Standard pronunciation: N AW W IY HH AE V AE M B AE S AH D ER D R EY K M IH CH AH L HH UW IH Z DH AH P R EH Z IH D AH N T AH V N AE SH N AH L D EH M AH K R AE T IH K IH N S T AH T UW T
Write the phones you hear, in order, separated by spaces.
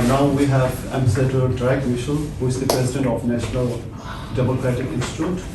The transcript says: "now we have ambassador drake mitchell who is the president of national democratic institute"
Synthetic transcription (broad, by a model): N AW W IY HH AE V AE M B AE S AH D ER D R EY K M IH SH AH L HH UW IH Z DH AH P R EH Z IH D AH N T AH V N AE SH N AH L D EH M AH K R AE T IH K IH N S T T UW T